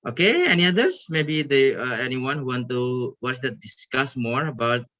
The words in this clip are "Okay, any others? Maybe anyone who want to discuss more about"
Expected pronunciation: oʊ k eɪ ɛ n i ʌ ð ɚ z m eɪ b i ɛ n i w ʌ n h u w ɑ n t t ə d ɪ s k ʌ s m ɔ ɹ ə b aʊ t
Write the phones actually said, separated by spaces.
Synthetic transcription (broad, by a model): oʊ k eɪ ɛ n i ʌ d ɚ s m eɪ b i ɛ n i w ʌ n h u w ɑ n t s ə d ɪ s k ʌ s m ɔ ɹ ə b aʊ t